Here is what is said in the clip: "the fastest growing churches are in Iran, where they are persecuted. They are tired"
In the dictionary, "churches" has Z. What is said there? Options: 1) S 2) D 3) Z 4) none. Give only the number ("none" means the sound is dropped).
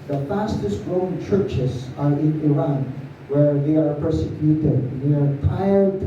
1